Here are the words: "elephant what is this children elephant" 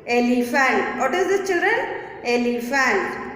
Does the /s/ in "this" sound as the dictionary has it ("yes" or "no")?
no